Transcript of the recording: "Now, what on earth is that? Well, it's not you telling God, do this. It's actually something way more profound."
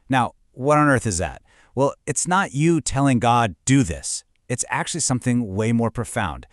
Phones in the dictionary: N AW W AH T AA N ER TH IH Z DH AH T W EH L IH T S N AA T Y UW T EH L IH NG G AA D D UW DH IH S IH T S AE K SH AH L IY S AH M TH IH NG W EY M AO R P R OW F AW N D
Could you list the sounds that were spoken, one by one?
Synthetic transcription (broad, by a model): N AW W AH T N ER TH IH Z DH AH T W EH L IH T S N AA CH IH T EH L IH NG G AA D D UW DH IH S IH T S AE K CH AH L IY S AH M TH IH NG W EY M AO R P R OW F AW N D